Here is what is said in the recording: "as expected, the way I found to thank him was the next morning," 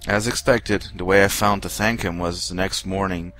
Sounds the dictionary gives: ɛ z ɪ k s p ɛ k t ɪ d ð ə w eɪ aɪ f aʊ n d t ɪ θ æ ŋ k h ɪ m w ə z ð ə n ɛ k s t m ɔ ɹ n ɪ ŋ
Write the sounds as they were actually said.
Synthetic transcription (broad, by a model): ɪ z ɪ k s p ɛ k t ɪ d ð ə w eɪ aɪ f aʊ n t ɪ θ æ ŋ k h ɪ m w ə z ð ə n ɛ k s t m ɔ ɹ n ɪ ŋ